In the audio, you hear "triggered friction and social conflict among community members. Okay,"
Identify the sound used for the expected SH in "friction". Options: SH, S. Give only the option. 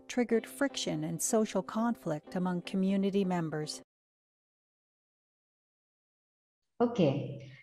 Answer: SH